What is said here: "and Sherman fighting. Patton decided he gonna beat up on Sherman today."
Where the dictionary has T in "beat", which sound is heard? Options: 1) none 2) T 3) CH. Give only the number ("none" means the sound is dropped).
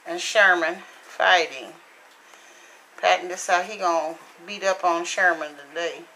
2